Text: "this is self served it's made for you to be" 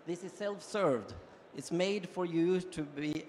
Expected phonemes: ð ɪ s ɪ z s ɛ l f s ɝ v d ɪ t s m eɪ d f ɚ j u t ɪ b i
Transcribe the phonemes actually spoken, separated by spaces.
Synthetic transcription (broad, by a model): ð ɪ s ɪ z s ɛ l f s ɝ v d ɪ t s m eɪ d f ɚ j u t ɪ b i